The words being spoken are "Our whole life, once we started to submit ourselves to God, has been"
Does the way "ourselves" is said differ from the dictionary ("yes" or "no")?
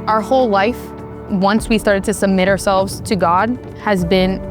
no